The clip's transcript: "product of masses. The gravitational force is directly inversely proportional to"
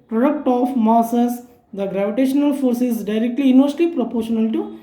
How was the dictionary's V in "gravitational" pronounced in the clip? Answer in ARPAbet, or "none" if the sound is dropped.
V